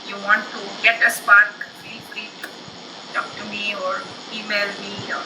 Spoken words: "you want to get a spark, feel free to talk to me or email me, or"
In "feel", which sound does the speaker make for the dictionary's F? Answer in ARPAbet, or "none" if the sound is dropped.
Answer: P